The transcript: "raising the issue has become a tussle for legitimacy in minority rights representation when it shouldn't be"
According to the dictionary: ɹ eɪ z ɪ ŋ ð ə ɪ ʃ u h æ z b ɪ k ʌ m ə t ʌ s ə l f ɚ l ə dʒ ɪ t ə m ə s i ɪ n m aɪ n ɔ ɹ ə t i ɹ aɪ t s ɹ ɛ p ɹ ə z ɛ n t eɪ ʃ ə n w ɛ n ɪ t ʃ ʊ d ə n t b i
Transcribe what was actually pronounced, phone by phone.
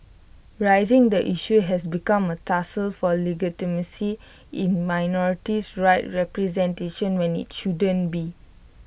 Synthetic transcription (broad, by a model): ɹ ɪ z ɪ ŋ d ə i ʃ u h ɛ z b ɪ k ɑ m ə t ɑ s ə l f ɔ l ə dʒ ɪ t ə m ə s i ɪ n m aɪ n ɔ ɹ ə t i ɹ aɪ t ɹ ɛ p ɹ ə z ɛ n t eɪ ʃ ə n w ɛ n ɪ t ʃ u d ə n b i